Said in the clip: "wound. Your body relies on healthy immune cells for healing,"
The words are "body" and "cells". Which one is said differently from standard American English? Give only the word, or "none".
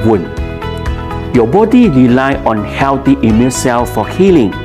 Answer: cells